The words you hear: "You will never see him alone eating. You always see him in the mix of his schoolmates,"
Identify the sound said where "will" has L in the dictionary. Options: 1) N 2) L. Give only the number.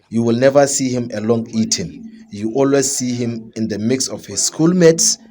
2